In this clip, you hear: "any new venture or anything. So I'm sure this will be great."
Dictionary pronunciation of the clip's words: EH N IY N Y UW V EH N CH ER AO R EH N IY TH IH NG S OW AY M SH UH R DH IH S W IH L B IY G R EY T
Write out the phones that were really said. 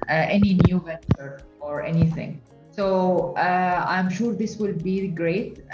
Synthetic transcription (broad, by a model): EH N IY N Y UW V EH N CH ER AO R EH N IY TH IH NG S OW AY M SH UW R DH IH S W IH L B IY G R EY T